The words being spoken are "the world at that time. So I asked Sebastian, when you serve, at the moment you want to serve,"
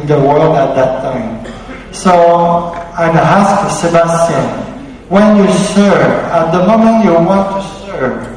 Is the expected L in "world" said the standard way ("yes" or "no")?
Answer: yes